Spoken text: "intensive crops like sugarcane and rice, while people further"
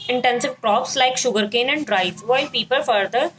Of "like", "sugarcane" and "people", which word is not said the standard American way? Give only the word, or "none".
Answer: none